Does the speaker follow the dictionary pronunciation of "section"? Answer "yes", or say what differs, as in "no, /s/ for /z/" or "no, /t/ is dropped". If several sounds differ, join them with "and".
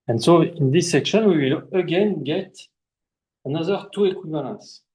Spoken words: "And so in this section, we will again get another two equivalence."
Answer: yes